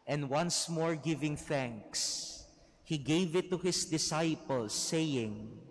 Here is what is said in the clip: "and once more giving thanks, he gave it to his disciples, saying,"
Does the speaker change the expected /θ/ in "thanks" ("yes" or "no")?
no